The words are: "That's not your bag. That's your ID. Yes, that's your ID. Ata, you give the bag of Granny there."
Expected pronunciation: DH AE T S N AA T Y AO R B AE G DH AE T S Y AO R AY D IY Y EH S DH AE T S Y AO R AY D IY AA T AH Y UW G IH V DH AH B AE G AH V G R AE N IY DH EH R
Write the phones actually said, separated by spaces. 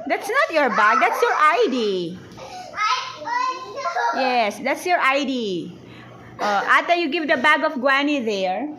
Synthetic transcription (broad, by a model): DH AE T S N AA T Y AO R B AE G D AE T S Y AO R AY D IY Y EH S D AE T S Y AO R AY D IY AA T AH Y UW G IH V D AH B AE G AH F G W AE N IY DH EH R